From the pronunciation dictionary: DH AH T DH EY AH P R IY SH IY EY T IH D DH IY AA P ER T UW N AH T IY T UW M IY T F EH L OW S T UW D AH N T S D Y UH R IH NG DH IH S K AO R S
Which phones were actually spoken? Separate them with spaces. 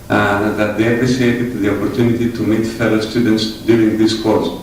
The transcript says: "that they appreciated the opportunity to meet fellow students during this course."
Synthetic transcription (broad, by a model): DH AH T DH EY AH P R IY S IY EY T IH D DH IY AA P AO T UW N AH T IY T UW M IY T F EH L OW S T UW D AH N T S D Y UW R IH NG DH IH S K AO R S